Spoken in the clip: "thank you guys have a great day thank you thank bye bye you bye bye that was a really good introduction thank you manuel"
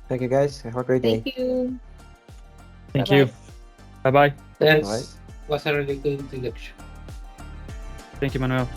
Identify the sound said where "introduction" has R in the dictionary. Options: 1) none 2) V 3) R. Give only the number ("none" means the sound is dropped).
1